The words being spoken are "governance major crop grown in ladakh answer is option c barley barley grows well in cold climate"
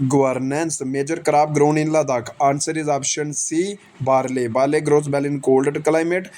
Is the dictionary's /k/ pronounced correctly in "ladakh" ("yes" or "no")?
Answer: yes